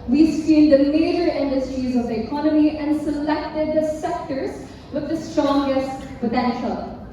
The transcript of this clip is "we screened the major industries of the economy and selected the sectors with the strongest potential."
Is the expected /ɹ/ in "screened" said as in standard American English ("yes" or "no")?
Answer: no